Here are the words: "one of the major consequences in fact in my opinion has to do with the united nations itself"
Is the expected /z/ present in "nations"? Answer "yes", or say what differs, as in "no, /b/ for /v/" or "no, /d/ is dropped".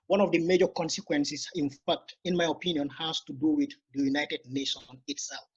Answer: no, /z/ is dropped